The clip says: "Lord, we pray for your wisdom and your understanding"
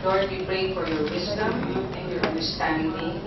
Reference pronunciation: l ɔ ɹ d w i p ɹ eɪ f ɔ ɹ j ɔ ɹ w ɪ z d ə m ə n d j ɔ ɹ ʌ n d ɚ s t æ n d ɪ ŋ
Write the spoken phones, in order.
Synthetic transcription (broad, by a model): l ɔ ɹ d w i p ɹ eɪ f ɔ ɹ j ɔ ɹ w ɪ s d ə m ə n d j ɔ ɹ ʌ n d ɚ s t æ n d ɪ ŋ